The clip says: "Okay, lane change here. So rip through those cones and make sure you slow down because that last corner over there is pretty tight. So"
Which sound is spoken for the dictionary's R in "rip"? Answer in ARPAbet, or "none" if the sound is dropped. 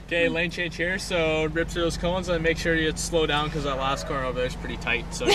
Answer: R